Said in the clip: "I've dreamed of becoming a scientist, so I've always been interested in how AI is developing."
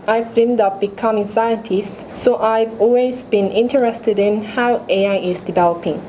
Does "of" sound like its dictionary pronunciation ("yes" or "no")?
no